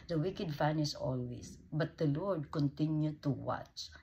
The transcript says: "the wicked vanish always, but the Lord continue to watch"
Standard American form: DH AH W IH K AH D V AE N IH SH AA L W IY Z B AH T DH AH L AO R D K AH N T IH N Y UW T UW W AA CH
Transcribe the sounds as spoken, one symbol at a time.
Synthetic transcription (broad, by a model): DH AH W IH K AH D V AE N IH S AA L W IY S B AH T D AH L AO R D K AH N T IH N Y UW T UW W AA CH